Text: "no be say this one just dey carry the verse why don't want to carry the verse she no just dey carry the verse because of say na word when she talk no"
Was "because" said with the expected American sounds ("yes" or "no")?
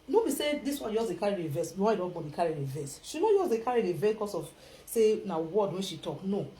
no